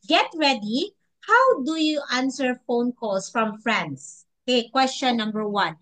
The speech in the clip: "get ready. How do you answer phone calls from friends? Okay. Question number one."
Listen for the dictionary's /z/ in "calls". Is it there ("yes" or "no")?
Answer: no